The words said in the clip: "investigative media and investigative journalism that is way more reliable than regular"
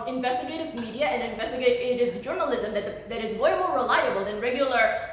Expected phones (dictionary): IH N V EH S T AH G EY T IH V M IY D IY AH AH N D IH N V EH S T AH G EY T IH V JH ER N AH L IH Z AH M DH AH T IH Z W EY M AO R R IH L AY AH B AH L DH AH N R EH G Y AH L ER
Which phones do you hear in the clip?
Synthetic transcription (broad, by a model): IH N V EH S T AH G EY T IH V M IY D IY AH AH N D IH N V EH S T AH G EY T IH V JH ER N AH L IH Z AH M DH AH T IH Z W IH M AO R R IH L AY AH B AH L DH AH N R EH G Y L ER